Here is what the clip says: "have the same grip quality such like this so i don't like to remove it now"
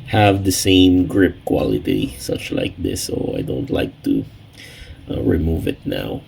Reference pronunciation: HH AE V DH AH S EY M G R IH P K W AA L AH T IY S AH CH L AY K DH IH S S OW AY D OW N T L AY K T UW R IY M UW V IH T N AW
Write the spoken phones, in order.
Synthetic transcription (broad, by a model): HH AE V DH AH S EY M G R IH P K W AA L AH T IY S AH CH L AY K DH IH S S OW AY D OW N T L AY K T UW R IY M UW V IH T N AW